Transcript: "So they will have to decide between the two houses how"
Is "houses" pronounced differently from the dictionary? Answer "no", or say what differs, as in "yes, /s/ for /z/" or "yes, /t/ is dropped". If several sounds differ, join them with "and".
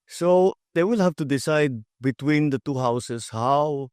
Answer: yes, /s/ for /z/